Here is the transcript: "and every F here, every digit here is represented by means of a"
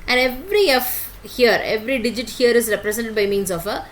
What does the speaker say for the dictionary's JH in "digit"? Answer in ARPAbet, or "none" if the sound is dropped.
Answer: JH